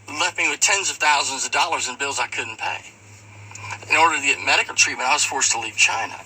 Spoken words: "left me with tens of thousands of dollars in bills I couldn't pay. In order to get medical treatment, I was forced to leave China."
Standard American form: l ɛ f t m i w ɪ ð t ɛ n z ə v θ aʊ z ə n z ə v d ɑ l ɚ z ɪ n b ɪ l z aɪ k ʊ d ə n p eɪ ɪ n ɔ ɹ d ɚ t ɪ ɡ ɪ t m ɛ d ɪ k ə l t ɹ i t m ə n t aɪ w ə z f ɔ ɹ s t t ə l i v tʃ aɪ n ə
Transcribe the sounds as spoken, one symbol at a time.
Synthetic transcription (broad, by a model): l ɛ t m i w ɪ ð t ɛ n z ə v θ aʊ z ə n z ə v d ɑ l ɚ z ɪ n b ɪ l z aɪ k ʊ d n p eɪ ɪ n ɔ ɹ d ɚ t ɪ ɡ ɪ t m ɛ d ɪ k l t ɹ i t m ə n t aɪ w ə z f ɔ ɹ s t t ə l i v tʃ aɪ n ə